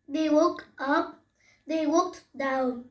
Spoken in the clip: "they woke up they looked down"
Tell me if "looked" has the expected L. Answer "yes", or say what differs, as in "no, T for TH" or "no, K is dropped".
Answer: no, W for L